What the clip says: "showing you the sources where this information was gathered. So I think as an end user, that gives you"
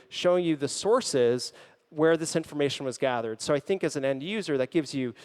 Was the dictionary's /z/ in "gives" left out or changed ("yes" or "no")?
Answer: no